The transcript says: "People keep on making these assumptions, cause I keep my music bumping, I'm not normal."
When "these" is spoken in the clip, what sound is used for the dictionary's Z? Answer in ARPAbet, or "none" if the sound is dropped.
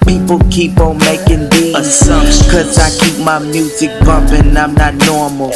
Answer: none